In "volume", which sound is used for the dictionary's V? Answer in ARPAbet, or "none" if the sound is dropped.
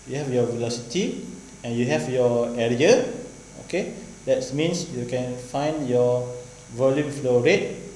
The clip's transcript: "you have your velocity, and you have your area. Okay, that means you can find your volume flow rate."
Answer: V